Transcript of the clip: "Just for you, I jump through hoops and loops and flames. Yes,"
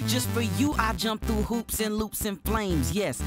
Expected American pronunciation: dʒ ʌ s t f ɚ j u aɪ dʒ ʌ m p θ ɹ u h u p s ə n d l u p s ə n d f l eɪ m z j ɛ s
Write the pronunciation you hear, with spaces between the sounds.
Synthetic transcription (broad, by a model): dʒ ʌ s t f ɚ j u aɪ dʒ ʌ m p θ ɹ u h u p s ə n l u p s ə n f l eɪ m z j ɛ s